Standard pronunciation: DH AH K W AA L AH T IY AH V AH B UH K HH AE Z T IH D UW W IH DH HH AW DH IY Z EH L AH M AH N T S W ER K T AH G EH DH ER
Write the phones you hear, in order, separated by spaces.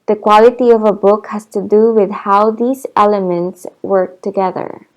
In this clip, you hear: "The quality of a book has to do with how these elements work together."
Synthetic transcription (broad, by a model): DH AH K W AA L AH T IY AH V AH B UH K HH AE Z T IH D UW W IH DH HH AW DH IY Z EH L AH M AH N T S W ER K T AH G EH DH ER